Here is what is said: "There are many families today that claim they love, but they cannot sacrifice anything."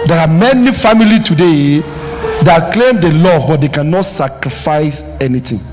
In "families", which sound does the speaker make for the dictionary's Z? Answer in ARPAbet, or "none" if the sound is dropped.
none